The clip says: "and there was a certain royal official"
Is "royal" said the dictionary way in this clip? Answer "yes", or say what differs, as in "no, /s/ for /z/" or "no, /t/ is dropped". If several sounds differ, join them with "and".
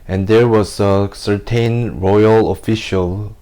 yes